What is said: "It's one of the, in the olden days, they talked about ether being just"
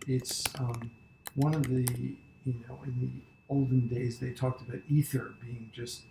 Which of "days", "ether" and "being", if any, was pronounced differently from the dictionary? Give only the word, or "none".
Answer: none